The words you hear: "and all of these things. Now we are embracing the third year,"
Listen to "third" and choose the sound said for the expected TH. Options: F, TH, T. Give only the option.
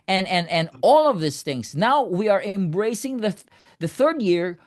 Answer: TH